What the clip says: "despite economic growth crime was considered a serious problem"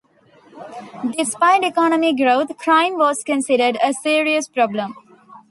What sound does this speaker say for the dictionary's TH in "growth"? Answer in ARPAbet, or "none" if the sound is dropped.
T